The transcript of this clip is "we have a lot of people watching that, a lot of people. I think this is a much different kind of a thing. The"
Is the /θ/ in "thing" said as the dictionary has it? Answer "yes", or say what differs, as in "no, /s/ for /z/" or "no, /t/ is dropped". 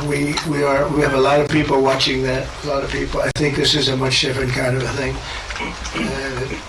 yes